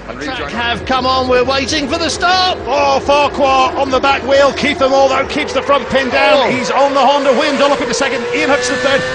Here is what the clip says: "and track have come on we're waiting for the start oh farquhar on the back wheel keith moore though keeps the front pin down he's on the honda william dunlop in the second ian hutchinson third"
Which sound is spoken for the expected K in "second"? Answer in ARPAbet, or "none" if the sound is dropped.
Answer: K